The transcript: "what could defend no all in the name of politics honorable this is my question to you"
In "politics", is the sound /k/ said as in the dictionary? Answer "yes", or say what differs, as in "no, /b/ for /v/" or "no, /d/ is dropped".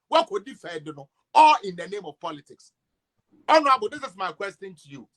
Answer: yes